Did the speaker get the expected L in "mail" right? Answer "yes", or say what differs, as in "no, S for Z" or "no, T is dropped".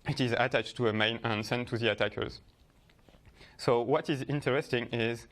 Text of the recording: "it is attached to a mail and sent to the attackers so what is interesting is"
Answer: no, N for L